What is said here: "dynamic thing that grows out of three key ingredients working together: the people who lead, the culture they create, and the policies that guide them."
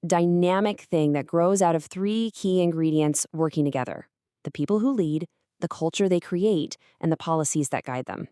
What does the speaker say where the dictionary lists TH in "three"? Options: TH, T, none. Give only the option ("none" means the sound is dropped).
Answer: TH